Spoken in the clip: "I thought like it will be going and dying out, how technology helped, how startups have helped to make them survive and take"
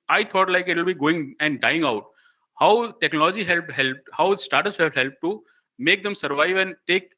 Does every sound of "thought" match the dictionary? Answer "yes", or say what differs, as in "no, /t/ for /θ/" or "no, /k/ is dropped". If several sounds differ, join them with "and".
no, /t/ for /θ/